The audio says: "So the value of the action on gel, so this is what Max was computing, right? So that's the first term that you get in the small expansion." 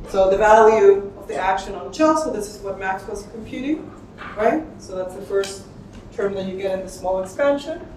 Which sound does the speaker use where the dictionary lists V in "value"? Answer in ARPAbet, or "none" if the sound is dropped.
V